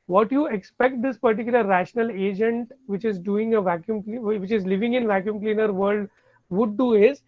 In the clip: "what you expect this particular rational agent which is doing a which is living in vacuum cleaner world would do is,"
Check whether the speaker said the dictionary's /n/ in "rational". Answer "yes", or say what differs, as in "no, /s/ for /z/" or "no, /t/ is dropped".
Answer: yes